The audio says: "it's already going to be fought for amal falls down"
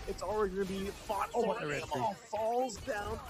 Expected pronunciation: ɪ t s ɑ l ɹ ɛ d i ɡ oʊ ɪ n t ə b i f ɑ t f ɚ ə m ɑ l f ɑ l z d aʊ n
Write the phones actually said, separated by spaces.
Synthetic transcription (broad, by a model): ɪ t s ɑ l ɹ ɛ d i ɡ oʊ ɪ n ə b i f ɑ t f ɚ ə ɑ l f ɑ l z d aʊ n